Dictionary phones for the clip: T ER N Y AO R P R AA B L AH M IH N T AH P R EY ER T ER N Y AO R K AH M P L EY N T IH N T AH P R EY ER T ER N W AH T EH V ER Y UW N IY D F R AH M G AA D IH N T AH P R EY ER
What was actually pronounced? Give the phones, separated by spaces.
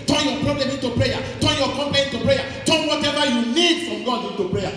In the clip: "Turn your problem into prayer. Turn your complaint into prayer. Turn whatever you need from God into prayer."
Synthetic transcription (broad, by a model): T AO Y AO P R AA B L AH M IH N T AH P R EY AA T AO Y AO K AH M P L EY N IH N T AH P R EY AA T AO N W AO T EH V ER Y UW L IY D F R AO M G AA D IH N T AH P R EY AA